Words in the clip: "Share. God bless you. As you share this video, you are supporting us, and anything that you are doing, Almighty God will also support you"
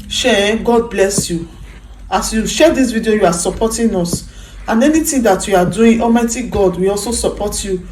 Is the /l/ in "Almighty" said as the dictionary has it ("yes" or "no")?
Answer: no